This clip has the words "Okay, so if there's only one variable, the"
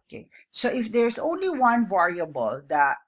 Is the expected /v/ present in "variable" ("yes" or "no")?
yes